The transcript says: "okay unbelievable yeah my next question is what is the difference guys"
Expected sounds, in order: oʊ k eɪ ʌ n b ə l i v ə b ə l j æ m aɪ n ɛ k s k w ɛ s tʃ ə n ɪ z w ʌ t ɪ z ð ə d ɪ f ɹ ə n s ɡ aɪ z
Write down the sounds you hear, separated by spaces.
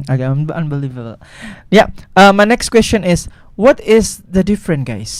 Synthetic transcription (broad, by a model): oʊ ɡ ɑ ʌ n b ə l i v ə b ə l j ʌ m aɪ n ɛ k s k w ɛ s tʃ ə n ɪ s w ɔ t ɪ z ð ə d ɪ f ɹ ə n ɡ aɪ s